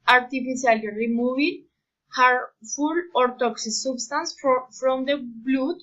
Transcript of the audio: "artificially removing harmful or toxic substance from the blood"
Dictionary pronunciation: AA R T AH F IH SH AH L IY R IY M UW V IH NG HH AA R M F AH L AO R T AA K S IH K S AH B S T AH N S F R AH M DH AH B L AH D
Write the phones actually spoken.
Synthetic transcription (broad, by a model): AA R T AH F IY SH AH L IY R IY M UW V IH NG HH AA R F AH L AO R T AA K S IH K S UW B S T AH N S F R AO M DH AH B L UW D